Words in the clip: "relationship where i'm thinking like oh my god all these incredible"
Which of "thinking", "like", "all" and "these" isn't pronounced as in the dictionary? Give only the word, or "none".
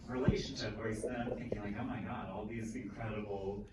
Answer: none